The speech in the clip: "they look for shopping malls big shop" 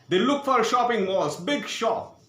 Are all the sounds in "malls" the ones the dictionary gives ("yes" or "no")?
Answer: no